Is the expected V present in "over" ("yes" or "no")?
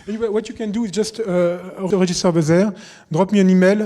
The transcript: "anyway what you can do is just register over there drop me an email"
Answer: no